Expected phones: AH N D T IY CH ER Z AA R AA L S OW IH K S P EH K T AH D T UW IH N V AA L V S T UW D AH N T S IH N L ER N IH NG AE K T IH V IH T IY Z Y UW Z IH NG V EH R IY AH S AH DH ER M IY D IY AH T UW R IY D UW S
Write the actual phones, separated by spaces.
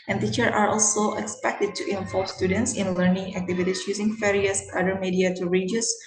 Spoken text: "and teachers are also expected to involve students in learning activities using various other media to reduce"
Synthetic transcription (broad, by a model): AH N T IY CH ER AA R AA L S OW IH K S P EH K T AH D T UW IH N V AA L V S T UW D AH N T S IH N L ER N IH NG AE K T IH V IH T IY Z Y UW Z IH NG F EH R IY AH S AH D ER M IY D IY AH T UW R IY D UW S